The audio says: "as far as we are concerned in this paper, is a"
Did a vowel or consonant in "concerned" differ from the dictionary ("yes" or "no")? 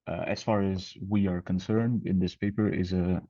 no